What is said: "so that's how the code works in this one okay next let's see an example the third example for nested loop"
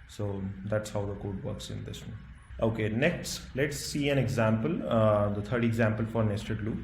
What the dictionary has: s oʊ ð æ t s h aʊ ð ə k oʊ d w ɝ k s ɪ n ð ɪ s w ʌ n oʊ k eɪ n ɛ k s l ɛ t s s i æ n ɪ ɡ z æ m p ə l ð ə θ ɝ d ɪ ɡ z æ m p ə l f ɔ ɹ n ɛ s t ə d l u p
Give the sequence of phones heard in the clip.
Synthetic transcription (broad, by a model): s oʊ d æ t s h aʊ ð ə k oʊ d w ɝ k s ɪ n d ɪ s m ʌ oʊ k eɪ n ɛ k s l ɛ t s s i æ n ɪ ɡ z æ m p ə l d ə t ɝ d ɪ ɡ z æ m p ə l f ɔ ɹ n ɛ s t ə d l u